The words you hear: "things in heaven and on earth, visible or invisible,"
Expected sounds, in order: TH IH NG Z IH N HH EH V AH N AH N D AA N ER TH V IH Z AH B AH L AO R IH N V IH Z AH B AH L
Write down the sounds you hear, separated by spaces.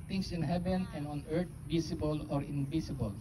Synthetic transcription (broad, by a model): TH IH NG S IH N HH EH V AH N AH N D AA N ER T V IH S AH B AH L AO R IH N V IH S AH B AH L